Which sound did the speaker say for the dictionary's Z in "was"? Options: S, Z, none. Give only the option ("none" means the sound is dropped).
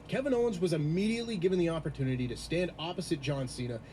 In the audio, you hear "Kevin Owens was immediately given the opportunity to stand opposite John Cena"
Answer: Z